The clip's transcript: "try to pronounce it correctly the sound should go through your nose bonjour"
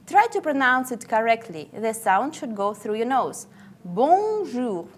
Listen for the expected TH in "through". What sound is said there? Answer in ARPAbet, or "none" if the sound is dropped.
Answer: TH